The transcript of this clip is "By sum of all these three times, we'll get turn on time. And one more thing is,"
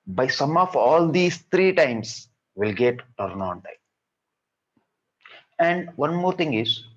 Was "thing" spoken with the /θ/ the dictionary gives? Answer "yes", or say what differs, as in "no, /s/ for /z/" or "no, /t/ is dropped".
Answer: no, /t/ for /θ/